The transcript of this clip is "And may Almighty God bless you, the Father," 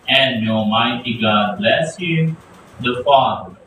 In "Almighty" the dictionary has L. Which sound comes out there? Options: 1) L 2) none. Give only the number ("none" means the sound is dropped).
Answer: 2